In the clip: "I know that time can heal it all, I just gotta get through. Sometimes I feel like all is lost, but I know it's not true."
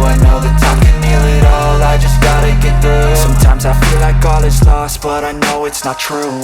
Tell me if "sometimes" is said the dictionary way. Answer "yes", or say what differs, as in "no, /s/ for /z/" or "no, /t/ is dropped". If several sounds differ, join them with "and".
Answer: yes